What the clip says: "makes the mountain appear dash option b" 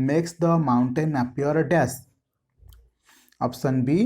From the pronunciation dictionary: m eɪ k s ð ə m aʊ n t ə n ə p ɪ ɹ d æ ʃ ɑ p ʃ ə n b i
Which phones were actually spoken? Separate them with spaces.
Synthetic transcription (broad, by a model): m eɪ k s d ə m aʊ n t ə n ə p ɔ ɹ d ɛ s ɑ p s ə n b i